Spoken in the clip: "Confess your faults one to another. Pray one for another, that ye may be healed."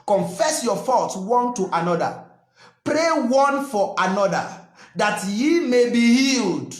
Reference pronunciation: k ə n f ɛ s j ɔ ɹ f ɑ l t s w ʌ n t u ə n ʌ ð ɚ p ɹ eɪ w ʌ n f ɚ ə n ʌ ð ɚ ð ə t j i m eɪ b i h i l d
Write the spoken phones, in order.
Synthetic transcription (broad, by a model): k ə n f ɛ s j ɔ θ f ɑ t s w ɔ n t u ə n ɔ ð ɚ p ɹ eɪ w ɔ n f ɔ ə n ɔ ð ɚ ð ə t j i m eɪ b i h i l d